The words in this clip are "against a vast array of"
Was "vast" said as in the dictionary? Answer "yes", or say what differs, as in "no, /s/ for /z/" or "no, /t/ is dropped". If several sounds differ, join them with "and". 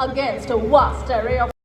no, /w/ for /v/